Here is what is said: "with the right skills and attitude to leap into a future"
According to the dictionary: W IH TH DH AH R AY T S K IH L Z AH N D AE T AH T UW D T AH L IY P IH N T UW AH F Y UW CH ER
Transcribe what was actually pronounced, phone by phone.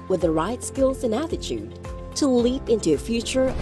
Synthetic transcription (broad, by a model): W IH DH AH R AY T S K IH L Z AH N AE T AH T UW D T AH L IY P IH N T UW AH F Y UW CH ER